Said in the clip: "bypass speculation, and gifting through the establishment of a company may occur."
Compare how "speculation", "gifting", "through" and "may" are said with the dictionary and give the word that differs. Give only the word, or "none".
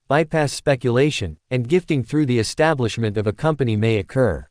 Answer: none